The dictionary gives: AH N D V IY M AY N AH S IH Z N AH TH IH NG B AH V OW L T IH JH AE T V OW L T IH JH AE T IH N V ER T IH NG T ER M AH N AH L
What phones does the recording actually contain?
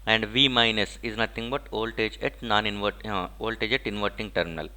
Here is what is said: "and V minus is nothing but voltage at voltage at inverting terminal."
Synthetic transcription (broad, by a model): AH N D V IY M AY N AH S IH Z N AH T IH NG B AH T OW L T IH JH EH T V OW L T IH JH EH T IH N V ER T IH NG T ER M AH N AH L